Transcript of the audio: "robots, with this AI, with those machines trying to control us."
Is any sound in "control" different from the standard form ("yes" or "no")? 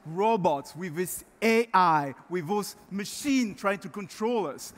no